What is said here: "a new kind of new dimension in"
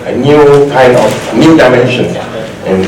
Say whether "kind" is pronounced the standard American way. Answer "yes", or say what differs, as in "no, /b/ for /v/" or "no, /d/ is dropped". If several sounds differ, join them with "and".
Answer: no, /d/ is dropped